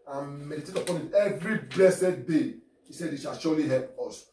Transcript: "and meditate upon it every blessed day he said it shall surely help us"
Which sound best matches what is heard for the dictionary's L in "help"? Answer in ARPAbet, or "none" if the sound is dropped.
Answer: L